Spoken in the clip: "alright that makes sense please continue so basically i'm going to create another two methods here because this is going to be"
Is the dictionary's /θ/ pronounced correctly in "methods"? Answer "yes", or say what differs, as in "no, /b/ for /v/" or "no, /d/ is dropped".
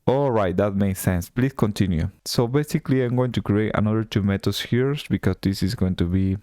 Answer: no, /t/ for /θ/